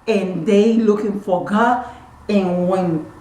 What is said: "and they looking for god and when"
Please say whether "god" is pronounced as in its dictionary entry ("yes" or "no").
no